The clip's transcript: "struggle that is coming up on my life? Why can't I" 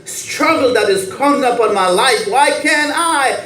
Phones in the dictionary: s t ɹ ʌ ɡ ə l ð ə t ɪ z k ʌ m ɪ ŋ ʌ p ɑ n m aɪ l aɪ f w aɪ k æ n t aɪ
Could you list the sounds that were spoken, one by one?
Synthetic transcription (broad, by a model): s t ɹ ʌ ɡ l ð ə t ɪ z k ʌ ɪ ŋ ʌ p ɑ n m aɪ l aɪ f w aɪ k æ n aɪ